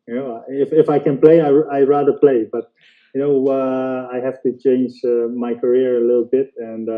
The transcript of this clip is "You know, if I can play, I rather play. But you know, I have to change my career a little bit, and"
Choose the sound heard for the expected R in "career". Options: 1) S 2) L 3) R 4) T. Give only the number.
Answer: 3